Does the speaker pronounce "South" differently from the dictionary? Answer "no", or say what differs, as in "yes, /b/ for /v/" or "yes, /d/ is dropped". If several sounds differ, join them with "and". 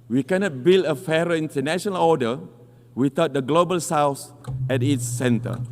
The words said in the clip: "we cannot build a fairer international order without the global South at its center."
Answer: yes, /s/ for /θ/